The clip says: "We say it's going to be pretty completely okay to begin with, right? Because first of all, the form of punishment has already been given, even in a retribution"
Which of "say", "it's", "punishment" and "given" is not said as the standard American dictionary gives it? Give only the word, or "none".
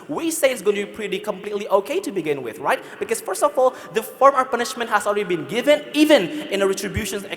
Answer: none